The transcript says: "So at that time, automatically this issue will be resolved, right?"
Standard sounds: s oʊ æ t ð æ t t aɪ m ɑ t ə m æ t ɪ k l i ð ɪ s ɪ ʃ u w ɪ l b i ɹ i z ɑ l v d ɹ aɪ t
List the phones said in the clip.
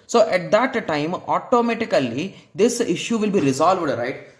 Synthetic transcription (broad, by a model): s oʊ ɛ t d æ t t aɪ m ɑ t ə m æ t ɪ k l i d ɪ s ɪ ʃ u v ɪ l b i ɹ i z ɑ l v d ɹ aɪ t